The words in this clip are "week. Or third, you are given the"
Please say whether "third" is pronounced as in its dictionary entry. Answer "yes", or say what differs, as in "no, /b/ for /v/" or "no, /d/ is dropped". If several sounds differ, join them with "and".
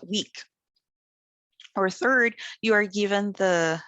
yes